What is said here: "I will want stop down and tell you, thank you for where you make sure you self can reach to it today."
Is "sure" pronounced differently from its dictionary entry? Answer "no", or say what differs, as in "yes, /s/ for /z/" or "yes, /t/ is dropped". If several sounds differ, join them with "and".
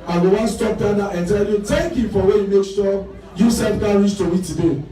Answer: yes, /s/ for /ʃ/